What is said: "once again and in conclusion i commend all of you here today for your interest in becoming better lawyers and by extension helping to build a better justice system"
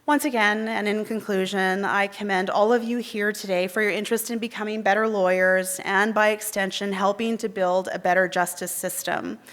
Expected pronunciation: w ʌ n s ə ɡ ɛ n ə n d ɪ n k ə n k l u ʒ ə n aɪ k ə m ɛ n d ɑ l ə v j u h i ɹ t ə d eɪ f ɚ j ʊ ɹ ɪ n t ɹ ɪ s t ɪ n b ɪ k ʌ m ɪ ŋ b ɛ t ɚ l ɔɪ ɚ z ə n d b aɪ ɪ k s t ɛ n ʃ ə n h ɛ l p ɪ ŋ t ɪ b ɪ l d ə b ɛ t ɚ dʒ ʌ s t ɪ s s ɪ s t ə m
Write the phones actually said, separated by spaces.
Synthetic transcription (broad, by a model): w ʌ n s ə ɡ ɛ n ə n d ɪ n k ə n k l u ʒ ə n aɪ k ə m ɛ n d ɑ l ə v j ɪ h i ɹ t ə d eɪ f ɚ j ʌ ɹ ɪ n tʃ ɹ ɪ s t ɪ n b ɪ k ʌ m ɪ ŋ b ɛ t ɚ l ɔɪ ɚ z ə n b aɪ ɪ k s t ɛ n ʃ ə n h ɛ l p ɪ ŋ t ɪ b ɪ l d ə b ɛ t ɚ dʒ ʌ s t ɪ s s ɪ s t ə m